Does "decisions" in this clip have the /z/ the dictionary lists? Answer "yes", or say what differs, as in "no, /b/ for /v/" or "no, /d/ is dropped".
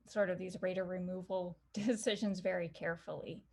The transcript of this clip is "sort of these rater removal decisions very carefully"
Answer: yes